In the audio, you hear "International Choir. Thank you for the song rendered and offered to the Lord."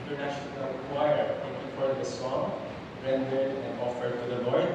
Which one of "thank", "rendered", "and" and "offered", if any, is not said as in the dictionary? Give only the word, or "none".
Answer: thank